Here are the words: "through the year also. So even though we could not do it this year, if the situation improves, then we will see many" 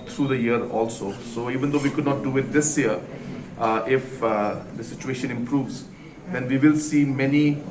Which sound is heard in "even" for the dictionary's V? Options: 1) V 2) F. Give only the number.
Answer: 1